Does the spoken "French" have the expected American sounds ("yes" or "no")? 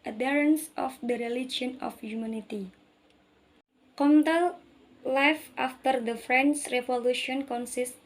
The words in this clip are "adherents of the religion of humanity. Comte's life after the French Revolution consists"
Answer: no